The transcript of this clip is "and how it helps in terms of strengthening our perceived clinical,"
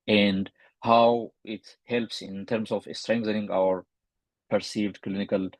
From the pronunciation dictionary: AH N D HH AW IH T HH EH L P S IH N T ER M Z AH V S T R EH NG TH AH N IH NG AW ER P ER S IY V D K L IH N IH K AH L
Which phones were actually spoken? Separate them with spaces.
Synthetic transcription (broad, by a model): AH N D HH AW IH T HH EH L P S IH N T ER M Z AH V S T R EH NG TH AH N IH NG AW ER P ER S IY V D K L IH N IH K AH L